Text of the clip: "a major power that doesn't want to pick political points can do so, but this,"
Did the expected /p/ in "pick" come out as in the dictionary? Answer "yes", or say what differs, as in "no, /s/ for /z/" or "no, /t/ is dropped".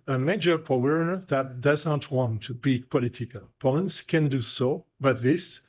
no, /b/ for /p/